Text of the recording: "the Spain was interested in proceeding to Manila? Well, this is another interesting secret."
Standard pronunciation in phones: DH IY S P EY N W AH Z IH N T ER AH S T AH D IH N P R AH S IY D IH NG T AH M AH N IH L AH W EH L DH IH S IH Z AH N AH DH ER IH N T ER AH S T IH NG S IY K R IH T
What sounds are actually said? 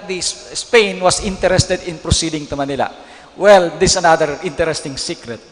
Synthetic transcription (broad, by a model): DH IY S P EY N W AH S IH N T ER AH S T AH D IH N P R AH S IY D IH NG T AH M AH N IH L AH W EH L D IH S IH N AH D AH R IH N T ER AH S T IH NG S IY K R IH T